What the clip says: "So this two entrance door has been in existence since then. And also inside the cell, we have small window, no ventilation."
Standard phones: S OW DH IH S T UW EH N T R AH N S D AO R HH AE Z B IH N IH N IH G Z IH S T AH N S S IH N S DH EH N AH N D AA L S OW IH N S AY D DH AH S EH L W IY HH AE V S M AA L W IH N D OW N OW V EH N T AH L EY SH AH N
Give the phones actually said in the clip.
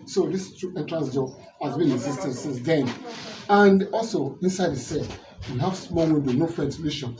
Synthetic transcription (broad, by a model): S OW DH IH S T UW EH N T R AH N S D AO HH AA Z B IH N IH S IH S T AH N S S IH S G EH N AH N D AA L S OW IH N S AY D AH S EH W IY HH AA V S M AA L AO D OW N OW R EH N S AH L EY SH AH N